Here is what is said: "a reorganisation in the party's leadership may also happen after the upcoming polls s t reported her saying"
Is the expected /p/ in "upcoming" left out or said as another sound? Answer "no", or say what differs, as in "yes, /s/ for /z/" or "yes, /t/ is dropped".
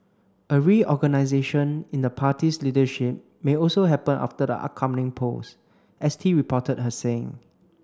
yes, /p/ is dropped